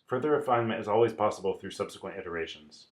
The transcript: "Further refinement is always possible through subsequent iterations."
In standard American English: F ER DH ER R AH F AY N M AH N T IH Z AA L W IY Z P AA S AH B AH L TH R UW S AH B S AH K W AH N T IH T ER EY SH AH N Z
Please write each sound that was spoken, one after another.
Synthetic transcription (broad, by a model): F ER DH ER R AH F AY N M AH N T IH Z AA L W IY Z P AA S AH B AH L TH R UW S AH B S AH K W AH N T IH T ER EY SH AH N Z